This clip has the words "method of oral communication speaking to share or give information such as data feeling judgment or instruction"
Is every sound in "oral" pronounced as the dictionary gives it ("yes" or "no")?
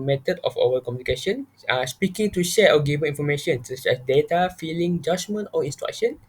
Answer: no